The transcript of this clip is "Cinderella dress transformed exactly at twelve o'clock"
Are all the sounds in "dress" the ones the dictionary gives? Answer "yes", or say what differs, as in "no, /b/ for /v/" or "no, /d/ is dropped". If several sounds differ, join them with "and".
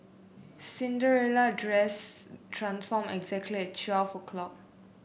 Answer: yes